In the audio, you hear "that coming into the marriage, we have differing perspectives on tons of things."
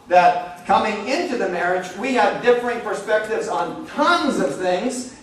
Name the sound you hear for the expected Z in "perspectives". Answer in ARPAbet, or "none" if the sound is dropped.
Z